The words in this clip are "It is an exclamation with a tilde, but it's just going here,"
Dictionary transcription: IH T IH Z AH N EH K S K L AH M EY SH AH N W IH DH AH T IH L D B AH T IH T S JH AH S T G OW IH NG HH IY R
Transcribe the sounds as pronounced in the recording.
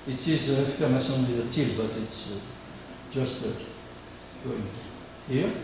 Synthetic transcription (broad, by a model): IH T IH Z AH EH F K AH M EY S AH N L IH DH AH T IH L B AH T IH T S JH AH S T G OW IH NG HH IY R